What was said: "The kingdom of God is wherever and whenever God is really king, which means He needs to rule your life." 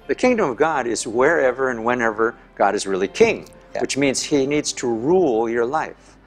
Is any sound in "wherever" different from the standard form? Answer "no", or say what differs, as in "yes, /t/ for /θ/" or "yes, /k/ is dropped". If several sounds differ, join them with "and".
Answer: no